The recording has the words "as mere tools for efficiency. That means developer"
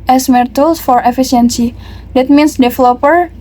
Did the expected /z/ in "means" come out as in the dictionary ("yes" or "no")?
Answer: no